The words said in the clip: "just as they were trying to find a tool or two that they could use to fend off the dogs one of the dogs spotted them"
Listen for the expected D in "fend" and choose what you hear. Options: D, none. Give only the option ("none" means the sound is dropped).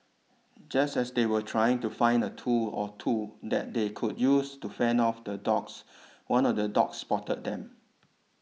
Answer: none